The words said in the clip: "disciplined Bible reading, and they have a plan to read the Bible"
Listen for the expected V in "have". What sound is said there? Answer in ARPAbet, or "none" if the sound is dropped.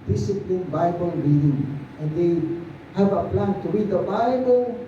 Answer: B